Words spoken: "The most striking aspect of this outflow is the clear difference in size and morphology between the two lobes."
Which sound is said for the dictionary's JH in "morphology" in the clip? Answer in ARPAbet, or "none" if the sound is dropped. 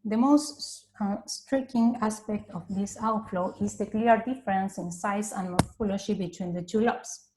SH